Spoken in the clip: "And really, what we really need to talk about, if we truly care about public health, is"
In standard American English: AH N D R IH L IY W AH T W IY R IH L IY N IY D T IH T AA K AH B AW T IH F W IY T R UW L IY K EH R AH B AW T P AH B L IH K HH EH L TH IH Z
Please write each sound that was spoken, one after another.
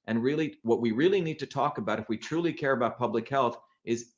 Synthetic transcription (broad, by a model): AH N R IH L IY W AH T W IY R IH L IY N IY D T IH T AA K AH B AW T IH F W IY T R UW L IY K EH R AH B AW T P AH B L IH K HH EH L TH IH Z